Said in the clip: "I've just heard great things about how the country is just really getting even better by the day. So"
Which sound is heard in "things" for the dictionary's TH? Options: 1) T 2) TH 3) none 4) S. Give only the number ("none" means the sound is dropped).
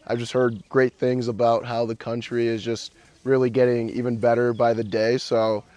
2